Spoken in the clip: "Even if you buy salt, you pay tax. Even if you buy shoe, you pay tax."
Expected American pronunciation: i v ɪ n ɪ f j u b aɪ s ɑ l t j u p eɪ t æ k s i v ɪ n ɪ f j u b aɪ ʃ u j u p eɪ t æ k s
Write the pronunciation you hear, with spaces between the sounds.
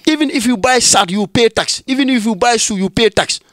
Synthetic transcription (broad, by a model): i v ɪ n ɪ f j u b aɪ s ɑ t j u p eɪ t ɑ k s i v ɪ n ɪ f j u b aɪ s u j u p eɪ t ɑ k s